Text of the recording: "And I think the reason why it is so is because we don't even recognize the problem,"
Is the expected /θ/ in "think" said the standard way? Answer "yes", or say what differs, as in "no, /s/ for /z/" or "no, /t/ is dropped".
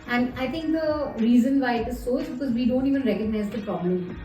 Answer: no, /t/ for /θ/